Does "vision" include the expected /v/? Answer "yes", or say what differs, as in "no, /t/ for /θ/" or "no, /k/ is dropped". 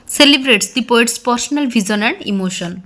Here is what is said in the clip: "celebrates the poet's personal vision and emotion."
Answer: no, /b/ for /v/